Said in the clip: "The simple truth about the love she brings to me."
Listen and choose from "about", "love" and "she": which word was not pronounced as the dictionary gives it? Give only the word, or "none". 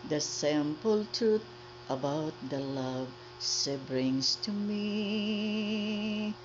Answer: she